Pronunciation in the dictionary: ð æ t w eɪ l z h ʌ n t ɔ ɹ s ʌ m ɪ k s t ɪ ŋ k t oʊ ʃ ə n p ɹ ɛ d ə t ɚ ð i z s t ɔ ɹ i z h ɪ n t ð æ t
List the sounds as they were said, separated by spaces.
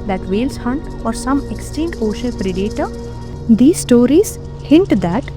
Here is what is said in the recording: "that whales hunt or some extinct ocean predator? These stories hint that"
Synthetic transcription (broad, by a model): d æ t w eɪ l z h ʌ n t ɔ ɹ s ʌ m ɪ k s t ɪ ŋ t oʊ ʃ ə l p ɹ ɛ d ə t ɚ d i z s t ɔ ɹ i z h ɪ n t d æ t